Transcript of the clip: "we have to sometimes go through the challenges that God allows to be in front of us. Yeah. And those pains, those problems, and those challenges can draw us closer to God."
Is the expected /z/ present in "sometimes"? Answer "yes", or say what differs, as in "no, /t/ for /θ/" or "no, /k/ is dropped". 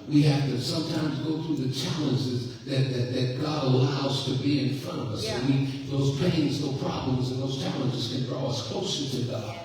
yes